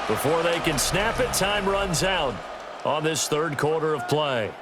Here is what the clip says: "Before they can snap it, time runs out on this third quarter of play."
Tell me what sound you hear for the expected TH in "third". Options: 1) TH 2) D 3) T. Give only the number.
1